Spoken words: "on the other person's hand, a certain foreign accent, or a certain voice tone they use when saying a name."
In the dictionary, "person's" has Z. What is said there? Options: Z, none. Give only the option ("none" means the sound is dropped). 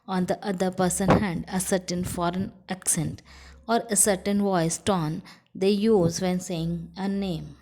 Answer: none